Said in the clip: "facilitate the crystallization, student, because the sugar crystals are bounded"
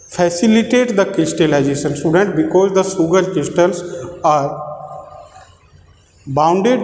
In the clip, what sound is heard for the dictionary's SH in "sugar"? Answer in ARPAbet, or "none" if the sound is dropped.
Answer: S